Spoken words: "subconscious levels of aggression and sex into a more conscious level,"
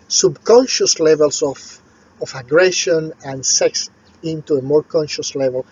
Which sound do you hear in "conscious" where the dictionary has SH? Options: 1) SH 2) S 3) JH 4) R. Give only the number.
1